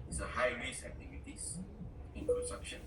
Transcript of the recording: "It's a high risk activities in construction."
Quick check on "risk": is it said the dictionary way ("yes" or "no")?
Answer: no